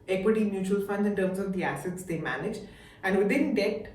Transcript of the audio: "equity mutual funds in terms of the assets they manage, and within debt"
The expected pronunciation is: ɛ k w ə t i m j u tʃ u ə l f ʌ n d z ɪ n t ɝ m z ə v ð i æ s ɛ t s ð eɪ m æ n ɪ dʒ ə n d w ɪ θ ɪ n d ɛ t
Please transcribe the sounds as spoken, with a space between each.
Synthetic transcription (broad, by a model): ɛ k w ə t i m j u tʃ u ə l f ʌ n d ɪ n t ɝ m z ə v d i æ s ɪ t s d eɪ m æ n ɪ dʒ ə n d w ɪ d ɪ n d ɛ t